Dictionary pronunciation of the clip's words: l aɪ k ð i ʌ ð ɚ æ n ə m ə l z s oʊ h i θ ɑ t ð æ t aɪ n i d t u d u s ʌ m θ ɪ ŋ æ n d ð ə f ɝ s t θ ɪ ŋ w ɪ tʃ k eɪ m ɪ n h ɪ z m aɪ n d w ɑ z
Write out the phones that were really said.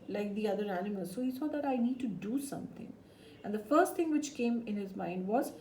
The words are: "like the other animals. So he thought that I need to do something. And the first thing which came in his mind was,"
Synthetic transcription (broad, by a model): l aɪ k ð i ʌ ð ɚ æ n ə m ə l z s oʊ h i s ɑ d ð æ t aɪ n i d t u d u s ʌ m t ɪ ŋ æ n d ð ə f ɝ s t t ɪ ŋ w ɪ tʃ k eɪ m ɪ n h ɪ z m aɪ n d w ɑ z